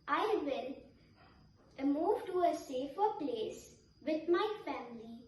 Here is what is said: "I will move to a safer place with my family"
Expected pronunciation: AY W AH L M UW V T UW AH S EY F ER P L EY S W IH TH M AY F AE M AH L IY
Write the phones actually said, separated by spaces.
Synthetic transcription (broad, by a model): AY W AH N M UW V T UW AH S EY F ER P L EY S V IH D M AY F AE M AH L IY